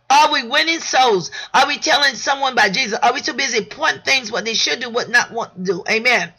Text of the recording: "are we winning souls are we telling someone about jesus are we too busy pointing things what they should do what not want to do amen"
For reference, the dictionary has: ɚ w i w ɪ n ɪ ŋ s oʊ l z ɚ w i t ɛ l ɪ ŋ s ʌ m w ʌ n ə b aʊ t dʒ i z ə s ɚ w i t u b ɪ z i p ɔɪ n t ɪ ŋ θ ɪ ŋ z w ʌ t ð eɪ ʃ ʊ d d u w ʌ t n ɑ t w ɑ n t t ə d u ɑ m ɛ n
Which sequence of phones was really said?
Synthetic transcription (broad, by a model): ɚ w i w ɪ n ɪ ŋ s oʊ l z ɚ w i t ɛ l ɪ ŋ s ʌ m w ʌ n b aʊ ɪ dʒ i z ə s ɚ w i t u b ɪ z i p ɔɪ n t θ ɪ ŋ z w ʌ t ð eɪ ʃ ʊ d d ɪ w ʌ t n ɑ t w ɑ n t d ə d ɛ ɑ m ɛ n